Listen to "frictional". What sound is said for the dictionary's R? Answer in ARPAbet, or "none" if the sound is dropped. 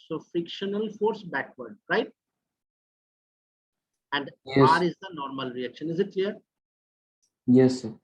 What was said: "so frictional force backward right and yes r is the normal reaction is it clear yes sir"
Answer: none